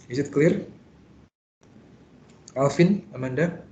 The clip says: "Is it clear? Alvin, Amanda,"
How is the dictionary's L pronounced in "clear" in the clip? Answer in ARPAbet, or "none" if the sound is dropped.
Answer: L